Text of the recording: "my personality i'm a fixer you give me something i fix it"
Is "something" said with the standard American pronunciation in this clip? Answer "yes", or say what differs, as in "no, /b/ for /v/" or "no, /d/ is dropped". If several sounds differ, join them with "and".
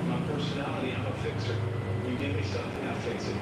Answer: no, /m/ is dropped